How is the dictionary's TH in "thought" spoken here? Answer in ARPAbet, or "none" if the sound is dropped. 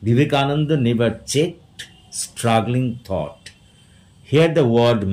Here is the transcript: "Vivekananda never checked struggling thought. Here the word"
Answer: T